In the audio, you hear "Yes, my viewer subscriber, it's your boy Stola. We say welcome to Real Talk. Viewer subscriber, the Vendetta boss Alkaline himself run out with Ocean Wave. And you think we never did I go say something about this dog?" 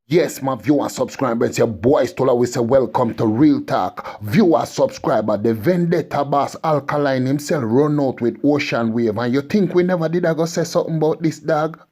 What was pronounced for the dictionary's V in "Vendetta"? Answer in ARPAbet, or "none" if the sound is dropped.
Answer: V